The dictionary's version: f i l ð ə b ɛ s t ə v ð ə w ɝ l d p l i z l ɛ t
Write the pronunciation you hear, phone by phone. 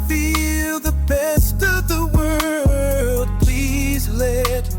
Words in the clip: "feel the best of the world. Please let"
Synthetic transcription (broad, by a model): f i l ð ə b ɛ s t ə v ð ə w ɝ l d p l i z l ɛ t